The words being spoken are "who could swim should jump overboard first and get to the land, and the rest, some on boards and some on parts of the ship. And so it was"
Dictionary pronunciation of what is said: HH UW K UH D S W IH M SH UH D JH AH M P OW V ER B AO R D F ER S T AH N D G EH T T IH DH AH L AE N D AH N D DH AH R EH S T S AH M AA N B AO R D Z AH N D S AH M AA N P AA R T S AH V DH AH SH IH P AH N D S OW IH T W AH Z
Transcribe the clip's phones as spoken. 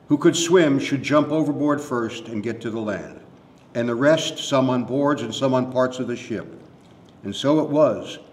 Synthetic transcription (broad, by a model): HH UW K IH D S W IH M SH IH D JH AH M P OW V ER B AO R D F ER S T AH N G EH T T IH DH AH L AE N D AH N DH AH R EH S T S AH M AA N B AO R D Z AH N S AH M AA N P AA R T S AH V DH AH SH IH P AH N S OW IH T W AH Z